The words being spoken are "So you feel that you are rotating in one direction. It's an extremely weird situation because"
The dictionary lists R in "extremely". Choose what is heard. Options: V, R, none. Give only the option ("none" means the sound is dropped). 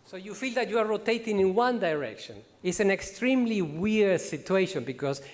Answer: R